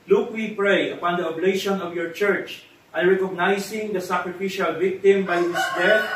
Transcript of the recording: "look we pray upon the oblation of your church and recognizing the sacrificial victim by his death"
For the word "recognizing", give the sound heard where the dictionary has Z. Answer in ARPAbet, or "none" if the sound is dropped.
S